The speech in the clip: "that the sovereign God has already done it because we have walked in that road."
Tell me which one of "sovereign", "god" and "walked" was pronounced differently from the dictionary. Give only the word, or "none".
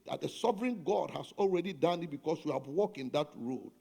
walked